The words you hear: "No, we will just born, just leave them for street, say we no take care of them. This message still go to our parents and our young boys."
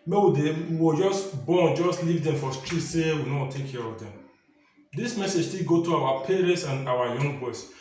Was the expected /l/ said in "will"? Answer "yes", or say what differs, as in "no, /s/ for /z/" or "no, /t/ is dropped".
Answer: no, /w/ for /l/